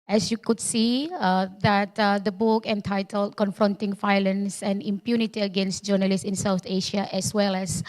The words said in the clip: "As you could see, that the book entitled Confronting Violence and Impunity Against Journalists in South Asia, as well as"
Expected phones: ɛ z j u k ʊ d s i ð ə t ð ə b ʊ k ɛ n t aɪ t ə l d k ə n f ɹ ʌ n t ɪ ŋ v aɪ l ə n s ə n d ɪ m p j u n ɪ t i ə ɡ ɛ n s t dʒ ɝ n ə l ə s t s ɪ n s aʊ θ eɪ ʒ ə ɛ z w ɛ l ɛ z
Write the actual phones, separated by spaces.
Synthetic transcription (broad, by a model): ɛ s j u k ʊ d s i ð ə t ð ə b ʊ k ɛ n t aɪ t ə l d k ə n f ɹ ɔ n t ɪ ŋ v aɪ l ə n s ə n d ɪ m p j u n ɪ t i ə ɡ ɛ n s t dʒ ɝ n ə l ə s s ɪ n s aʊ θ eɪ ʃ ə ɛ s w ɛ l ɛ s